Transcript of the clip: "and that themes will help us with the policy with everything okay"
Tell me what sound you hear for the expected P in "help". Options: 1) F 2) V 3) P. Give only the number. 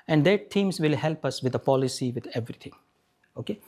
3